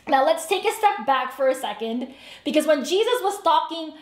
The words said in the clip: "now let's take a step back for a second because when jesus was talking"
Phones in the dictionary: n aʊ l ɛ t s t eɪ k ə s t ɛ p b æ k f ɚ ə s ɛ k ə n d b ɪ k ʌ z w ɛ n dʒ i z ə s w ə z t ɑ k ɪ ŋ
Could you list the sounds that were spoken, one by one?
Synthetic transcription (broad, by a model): n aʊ l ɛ t s t eɪ k ə s t ɛ p b æ k f ɚ ə s ɛ k ə n d b ɪ k ʌ z w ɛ n dʒ i z ə s w ə z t ɑ k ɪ ŋ